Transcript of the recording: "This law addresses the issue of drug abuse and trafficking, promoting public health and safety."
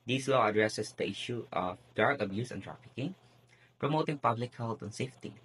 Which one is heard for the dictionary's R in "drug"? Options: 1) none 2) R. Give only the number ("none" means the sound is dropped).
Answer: 1